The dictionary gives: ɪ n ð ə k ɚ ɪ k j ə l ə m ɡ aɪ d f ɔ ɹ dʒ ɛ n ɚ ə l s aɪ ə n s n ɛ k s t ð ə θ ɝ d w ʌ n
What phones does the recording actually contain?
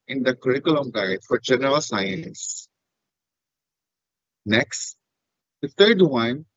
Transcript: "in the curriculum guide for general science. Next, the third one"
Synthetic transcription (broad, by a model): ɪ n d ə k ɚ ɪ k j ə l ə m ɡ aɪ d f ɔ ɹ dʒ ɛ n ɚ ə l s aɪ ə n s n ɛ k s t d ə t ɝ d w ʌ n